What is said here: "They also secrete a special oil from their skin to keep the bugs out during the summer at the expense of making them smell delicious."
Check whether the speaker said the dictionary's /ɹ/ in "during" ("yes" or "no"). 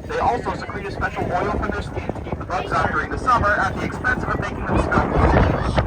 yes